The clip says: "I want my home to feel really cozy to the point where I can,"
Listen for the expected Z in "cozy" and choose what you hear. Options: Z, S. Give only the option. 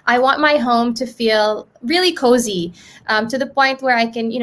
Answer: Z